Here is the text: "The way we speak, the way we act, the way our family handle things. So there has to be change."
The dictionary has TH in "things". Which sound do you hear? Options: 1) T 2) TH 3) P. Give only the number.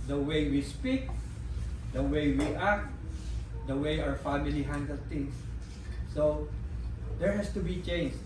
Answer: 1